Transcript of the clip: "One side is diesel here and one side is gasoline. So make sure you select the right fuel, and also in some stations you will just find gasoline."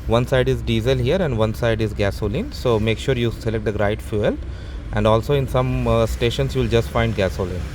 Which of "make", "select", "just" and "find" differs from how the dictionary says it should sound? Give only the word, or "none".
none